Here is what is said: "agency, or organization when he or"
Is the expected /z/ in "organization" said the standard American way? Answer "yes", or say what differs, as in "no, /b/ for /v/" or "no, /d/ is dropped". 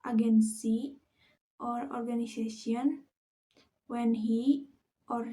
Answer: no, /s/ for /z/